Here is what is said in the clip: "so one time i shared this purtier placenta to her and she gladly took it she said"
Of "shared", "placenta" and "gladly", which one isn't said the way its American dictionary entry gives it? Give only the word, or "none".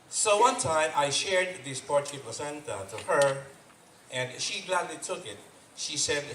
placenta